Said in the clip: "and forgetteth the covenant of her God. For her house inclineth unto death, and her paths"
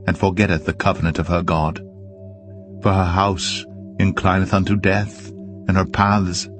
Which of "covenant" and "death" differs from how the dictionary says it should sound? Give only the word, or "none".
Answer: none